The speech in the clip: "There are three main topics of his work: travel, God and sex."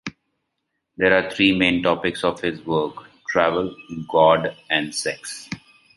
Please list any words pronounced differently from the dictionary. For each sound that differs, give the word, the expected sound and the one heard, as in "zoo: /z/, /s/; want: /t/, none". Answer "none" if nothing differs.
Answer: three: /θ/, /t/